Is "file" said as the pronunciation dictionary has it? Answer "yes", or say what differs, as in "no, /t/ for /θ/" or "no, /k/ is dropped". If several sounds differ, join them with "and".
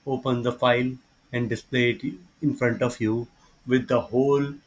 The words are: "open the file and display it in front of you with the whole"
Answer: yes